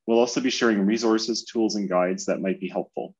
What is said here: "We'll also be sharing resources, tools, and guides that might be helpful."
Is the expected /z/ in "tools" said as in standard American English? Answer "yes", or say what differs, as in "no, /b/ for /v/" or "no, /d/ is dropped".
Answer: yes